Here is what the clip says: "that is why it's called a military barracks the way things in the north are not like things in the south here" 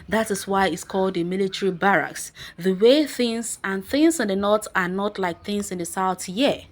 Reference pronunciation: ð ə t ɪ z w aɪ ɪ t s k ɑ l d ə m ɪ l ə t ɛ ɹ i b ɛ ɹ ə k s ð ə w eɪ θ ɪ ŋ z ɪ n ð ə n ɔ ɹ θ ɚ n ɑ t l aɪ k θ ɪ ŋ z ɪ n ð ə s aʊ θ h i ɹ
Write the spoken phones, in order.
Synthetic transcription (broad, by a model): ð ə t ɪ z w aɪ ɪ t s k ɑ l d ə m ɪ l ə t ɛ ɹ i b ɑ ɹ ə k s ð ə w eɪ θ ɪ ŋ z ɪ n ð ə n ɔ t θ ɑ n ɑ t l aɪ k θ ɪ ŋ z ɪ n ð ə s aʊ θ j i